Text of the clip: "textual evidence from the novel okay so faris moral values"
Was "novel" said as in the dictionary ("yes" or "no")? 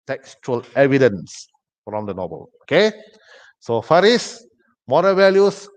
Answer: no